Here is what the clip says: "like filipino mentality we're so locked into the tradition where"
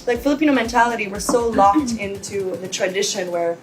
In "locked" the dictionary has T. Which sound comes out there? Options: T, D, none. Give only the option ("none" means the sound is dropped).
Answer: T